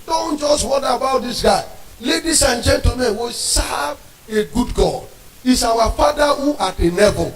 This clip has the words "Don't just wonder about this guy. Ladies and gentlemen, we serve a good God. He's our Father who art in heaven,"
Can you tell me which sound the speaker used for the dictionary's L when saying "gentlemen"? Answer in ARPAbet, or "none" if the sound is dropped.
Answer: none